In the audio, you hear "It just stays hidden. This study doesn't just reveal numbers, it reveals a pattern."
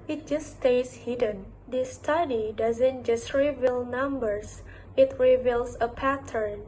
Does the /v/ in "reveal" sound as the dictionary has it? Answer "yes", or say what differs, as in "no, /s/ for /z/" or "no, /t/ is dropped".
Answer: yes